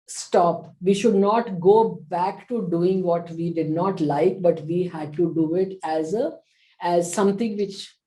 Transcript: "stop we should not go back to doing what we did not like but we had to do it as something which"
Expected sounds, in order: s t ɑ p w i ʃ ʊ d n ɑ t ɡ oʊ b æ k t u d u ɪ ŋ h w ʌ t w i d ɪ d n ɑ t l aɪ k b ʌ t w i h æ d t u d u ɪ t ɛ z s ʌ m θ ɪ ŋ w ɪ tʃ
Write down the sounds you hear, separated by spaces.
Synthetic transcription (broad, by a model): s t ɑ p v i ʃ ʊ d n ɑ t ɡ oʊ b æ k t u d u ɪ ŋ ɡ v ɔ t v i d ɪ d n ɑ t l aɪ k b ʌ t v i h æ d t u d u ɪ t ɛ z s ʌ m t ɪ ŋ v ɪ tʃ